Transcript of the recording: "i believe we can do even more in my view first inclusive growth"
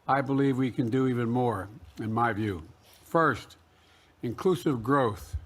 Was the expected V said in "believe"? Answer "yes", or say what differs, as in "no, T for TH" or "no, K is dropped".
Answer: yes